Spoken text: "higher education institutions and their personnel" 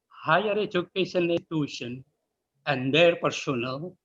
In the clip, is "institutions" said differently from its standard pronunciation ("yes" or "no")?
yes